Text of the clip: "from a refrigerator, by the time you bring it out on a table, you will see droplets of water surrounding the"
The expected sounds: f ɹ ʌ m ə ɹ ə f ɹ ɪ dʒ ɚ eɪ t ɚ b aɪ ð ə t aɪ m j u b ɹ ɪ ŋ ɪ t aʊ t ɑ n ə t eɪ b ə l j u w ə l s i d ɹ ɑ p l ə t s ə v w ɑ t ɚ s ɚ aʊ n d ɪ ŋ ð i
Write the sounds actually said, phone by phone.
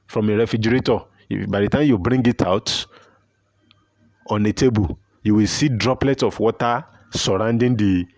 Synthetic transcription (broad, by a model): f ɹ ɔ m ə ɹ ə f ɹ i dʒ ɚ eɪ t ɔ b aɪ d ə t aɪ m j u b ɹ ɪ ŋ ɪ t aʊ t ɑ n ə t eɪ b ə l j u w ə l s i d ɹ ɑ p l ə t s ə f w ɑ t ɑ s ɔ aʊ n d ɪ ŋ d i